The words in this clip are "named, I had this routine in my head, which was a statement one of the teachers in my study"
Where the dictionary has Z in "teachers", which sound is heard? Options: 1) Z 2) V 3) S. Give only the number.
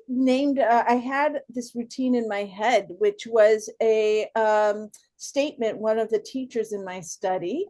1